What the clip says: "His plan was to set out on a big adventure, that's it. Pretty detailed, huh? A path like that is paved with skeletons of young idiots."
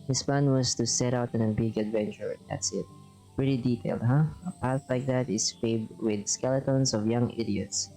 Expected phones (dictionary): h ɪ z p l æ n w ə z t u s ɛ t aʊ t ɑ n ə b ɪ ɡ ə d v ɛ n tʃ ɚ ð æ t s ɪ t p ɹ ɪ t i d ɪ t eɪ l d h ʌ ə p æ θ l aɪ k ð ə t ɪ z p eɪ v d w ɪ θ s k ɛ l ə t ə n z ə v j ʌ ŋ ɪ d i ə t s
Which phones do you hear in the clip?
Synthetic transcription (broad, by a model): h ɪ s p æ n w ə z t u s ɛ t aʊ t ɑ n ə b ɪ ɡ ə d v ɛ n tʃ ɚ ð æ t s ɪ t p ɹ ɪ t i d ɪ t eɪ l d h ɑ ə p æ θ l aɪ k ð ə t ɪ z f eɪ b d w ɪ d s k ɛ l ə t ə n s ə v j ʌ ŋ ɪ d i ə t s